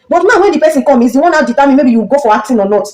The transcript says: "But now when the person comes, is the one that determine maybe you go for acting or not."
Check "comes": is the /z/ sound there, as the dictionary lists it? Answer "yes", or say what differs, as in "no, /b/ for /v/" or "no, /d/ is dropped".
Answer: no, /z/ is dropped